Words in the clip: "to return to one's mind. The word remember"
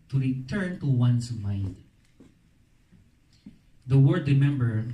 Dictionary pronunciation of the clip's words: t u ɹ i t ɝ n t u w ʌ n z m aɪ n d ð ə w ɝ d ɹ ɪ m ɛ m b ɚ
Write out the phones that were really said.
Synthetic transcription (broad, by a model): t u ɹ i t ɝ n t u w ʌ n s m aɪ n d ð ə w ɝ d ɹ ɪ m ɛ m b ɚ